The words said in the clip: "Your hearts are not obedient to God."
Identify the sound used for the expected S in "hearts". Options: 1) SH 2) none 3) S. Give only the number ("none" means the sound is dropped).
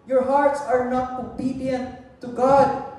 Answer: 3